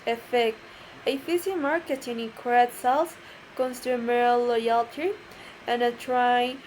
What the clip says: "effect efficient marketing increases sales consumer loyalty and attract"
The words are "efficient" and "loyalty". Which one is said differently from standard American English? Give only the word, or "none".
efficient